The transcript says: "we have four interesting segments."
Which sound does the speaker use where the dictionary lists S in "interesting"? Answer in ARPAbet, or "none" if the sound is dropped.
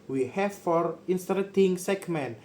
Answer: none